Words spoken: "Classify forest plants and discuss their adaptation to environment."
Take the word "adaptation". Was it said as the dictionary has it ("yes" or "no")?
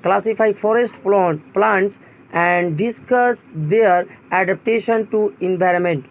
yes